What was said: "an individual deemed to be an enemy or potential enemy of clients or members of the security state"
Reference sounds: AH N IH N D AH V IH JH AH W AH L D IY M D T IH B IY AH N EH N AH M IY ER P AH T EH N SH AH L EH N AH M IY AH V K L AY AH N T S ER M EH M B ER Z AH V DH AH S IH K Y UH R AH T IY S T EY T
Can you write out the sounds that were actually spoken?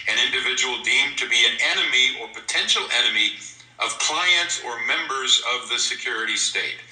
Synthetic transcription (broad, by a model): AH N IH N D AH V IH JH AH W L D IY M T IH B IY AH N EH N AH M IY ER P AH T EH N SH L EH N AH M IY AH V K L AY AH N T S ER M EH M B ER Z AH V DH AH S IH K Y UH R AH T IY S T EY T